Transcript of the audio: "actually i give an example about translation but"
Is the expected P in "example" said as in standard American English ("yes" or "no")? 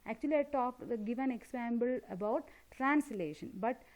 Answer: no